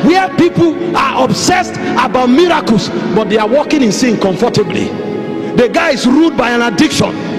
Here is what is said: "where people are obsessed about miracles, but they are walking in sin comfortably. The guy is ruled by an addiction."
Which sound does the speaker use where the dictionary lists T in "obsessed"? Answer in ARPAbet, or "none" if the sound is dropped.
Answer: T